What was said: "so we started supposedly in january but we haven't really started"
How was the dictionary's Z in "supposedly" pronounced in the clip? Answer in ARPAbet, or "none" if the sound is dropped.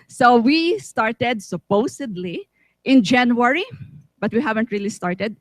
S